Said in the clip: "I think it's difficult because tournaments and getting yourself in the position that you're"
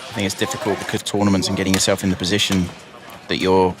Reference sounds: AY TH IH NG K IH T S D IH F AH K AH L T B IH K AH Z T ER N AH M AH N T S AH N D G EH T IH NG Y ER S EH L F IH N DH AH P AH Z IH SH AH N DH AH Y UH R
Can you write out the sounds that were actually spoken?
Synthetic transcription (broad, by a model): AY TH IH NG K IH T S D IH F AH K AH L T B IH K AH Z T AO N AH M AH N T S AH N G EH T IH NG Y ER S EH L F IH N DH AH P AH Z IH SH AH N DH AH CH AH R